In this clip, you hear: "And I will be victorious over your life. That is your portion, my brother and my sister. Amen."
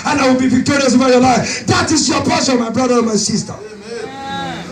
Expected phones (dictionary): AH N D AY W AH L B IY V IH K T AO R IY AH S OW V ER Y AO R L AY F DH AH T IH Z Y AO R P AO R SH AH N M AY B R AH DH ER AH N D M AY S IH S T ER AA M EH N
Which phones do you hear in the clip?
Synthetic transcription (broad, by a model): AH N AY W AH L B IY V IH K T AO R IY AH S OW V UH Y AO L AY F DH AH T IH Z Y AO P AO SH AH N M AY B R AH DH ER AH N M AY S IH S T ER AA